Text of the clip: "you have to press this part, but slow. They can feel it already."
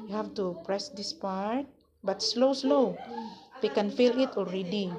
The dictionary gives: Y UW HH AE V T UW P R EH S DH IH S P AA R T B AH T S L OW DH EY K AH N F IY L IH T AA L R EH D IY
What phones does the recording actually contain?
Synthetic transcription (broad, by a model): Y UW HH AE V T UW P R EH S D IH S P AA R T B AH T S L OW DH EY K AH N F IY L IH T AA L R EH D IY